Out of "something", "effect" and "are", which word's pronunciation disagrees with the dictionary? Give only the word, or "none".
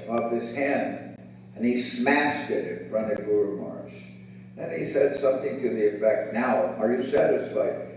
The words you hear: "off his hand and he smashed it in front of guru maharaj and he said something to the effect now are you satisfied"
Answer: none